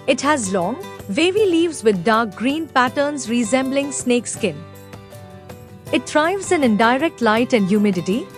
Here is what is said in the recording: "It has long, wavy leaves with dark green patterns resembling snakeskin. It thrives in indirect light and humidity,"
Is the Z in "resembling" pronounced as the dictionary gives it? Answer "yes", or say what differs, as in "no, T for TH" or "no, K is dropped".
yes